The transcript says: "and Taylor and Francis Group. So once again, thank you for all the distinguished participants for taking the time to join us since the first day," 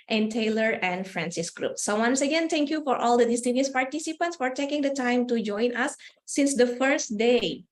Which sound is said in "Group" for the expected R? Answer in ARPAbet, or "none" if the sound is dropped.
R